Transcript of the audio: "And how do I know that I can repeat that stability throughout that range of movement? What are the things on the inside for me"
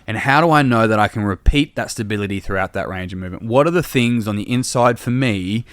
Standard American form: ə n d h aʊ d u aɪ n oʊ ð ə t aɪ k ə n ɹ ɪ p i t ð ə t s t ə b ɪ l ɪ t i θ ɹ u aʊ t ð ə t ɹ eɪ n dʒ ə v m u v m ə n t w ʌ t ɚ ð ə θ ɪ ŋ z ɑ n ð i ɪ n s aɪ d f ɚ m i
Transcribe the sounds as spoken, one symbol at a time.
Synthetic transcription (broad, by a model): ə n h aʊ d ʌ aɪ n oʊ ð ə t aɪ k ə n ɹ ɪ p i t ð ə t s t ə b ɪ l ɪ t i θ ɹ u aʊ t ð ə t ɹ eɪ n dʒ ə v m u v m ə n t w ʌ t ɚ ð ə θ ɪ ŋ z n ð i ɪ n s aɪ d f ɚ m i